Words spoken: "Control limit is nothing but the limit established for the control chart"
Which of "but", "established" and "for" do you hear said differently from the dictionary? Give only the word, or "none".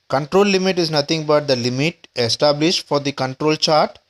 none